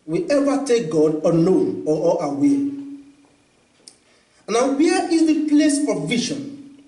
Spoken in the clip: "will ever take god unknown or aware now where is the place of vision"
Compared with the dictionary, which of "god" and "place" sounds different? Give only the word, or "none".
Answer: none